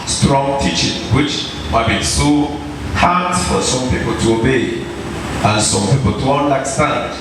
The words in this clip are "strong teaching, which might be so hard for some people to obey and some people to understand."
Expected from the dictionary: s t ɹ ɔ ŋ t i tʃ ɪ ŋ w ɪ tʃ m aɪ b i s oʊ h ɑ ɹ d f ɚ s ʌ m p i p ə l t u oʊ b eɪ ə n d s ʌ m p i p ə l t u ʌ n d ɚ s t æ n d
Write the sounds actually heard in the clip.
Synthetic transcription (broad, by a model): s t ɹ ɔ ŋ t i tʃ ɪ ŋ w ɪ tʃ m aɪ b i s oʊ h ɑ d f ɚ s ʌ m p i p ə l t u oʊ b eɪ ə n s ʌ m p i p ə l t u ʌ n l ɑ s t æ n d